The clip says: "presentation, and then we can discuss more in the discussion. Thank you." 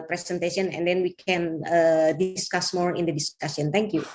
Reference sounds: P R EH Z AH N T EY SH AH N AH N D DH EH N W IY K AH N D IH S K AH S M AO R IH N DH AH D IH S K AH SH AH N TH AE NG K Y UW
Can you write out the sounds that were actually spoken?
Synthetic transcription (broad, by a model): P R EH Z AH N T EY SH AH N AH N D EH N W IY K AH N D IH S K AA S M AO R IH N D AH D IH S K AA S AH N T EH NG K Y UW